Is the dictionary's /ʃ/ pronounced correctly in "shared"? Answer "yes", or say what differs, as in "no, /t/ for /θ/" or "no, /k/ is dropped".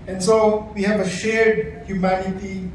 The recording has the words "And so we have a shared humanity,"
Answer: yes